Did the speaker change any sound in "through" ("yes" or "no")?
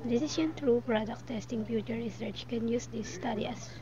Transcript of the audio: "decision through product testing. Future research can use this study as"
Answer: yes